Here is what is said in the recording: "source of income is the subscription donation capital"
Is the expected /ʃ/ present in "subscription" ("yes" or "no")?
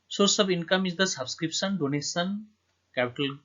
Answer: no